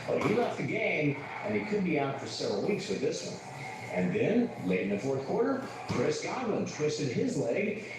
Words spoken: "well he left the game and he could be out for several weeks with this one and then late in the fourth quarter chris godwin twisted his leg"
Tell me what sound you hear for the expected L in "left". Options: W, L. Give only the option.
L